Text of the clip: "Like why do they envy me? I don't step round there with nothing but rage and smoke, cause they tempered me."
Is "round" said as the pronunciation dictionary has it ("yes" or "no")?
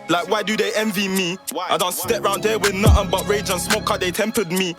yes